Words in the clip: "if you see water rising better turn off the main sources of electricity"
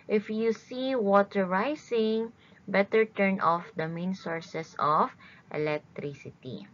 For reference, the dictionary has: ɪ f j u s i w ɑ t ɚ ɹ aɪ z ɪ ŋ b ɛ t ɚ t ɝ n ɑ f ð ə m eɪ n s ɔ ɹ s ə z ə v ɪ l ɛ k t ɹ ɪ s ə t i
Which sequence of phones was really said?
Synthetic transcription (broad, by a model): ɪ f j u s i w ɑ t ɚ ɹ aɪ s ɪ ŋ b ɛ t ɚ t ɝ n ɑ f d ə m eɪ n s ɔ ɹ s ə s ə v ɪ l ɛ k t ɹ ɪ s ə t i